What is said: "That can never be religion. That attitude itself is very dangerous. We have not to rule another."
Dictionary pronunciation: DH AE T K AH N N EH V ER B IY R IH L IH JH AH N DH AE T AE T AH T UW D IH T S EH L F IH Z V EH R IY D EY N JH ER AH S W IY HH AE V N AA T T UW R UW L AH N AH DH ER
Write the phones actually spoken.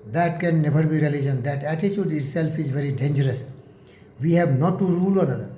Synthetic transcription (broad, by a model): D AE T K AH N N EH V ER B IY R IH L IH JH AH N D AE T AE T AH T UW D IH T S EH L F IH Z V EH R IY D EY N JH ER AH S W IY HH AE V N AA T T UW R UW L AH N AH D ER